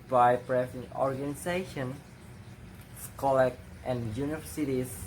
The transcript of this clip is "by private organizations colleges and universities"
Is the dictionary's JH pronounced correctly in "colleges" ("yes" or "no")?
no